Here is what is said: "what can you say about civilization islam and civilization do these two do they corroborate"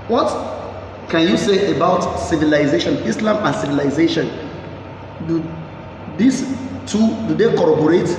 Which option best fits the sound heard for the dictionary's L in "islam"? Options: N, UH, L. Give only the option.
L